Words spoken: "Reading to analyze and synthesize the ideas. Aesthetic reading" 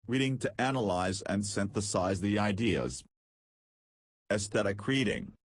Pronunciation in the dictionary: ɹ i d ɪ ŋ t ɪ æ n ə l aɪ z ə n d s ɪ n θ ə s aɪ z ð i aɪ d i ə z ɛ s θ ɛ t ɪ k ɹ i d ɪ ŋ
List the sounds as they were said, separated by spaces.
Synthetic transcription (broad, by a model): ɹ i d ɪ ŋ t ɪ æ n ə l aɪ z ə n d s ɪ n θ ə s aɪ z ð i aɪ d i ə z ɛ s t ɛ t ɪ k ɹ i d ɪ ŋ